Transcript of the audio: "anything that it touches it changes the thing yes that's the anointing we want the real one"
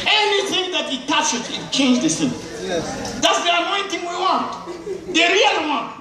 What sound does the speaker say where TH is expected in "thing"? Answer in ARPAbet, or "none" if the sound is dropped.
S